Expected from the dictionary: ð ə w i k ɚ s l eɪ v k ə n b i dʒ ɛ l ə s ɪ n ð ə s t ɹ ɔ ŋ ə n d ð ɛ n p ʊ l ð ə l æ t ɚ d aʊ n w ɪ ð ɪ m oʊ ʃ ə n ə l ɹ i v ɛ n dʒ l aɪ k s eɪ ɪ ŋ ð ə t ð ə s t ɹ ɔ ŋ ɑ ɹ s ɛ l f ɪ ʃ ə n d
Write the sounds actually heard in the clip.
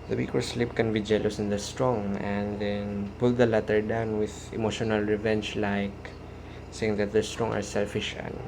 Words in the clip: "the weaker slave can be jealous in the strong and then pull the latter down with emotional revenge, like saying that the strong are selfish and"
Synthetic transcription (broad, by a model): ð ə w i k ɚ s l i p k ə n b i dʒ ɛ l ə s ɪ n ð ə s t ɹ ɔ ŋ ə n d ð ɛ n p ʊ l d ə l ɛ t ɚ d aʊ n w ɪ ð ɪ m oʊ ʃ ə n ə l ɹ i v ɛ n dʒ l aɪ k s eɪ ɪ ŋ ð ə t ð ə s t ɹ ɔ ŋ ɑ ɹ s ɛ l f ɪ ʃ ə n